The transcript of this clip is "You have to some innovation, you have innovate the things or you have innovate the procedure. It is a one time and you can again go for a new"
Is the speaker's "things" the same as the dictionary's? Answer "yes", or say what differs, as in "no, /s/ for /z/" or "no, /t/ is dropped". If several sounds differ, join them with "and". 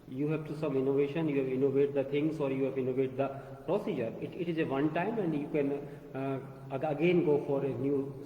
no, /t/ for /θ/